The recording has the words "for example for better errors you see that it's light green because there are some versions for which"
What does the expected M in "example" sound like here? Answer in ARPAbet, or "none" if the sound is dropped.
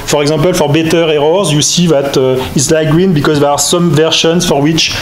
none